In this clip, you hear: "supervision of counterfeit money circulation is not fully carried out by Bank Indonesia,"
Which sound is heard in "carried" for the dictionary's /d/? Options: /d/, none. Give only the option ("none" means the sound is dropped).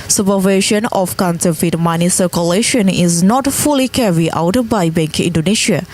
none